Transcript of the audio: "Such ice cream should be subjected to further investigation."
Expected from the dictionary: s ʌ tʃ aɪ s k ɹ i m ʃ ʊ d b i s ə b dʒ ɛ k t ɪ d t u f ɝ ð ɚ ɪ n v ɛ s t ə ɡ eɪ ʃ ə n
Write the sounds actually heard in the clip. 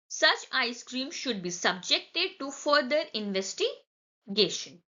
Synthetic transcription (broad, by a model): s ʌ tʃ aɪ s k ɹ i m ʃ ʊ d b i s ə b dʒ ɛ k t ɪ d t u f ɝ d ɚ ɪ n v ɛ s t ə ɡ eɪ ʃ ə n